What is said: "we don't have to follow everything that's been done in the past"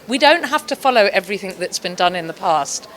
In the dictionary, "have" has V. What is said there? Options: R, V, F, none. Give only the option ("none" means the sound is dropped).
F